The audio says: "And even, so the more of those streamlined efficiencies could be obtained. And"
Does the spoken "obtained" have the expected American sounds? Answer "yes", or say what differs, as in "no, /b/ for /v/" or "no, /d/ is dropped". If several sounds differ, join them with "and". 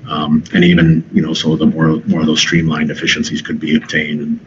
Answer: yes